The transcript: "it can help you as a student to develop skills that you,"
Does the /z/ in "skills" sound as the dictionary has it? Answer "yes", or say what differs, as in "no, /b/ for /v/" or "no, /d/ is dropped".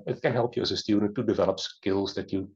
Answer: yes